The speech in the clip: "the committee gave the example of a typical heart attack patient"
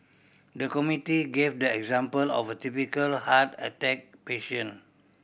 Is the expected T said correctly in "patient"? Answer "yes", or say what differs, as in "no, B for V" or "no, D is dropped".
no, T is dropped